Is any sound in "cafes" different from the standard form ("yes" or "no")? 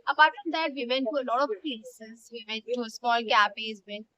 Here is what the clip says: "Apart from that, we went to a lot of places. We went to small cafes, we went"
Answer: yes